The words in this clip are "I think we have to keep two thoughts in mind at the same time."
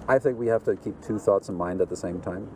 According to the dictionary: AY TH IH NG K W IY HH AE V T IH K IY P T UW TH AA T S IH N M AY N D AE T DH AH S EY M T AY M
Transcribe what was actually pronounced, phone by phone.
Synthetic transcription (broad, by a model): AY TH IH NG K W IY HH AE F T IH K IY P T UW TH AA T S N M AY N D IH T DH AH S EY M T AY M